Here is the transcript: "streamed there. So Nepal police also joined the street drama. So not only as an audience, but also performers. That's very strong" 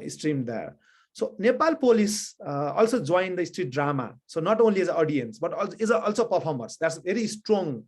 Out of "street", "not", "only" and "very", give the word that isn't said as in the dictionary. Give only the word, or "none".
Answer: very